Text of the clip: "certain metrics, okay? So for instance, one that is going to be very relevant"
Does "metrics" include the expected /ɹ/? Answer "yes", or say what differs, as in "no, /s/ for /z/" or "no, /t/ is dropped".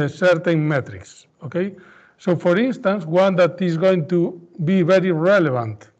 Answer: yes